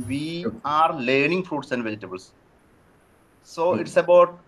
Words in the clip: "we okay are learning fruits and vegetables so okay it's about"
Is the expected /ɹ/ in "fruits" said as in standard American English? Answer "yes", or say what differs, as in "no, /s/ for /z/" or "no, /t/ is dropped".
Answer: yes